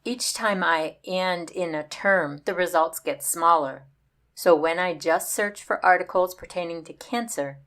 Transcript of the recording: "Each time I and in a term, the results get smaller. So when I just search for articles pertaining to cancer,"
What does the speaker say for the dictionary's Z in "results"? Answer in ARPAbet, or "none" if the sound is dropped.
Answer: Z